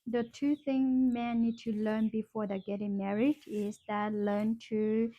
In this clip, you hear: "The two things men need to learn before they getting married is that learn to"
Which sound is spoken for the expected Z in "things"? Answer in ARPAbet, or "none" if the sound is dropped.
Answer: none